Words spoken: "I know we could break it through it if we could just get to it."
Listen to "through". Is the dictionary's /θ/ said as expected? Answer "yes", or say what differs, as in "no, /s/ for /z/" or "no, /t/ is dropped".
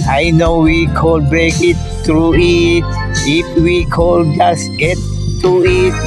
no, /t/ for /θ/